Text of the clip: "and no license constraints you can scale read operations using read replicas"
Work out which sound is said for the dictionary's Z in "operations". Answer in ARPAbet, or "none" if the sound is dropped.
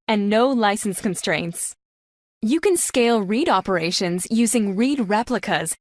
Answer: Z